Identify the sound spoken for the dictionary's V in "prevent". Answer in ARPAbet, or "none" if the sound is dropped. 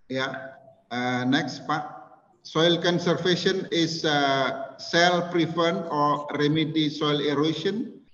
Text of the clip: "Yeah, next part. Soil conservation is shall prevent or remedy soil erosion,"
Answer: F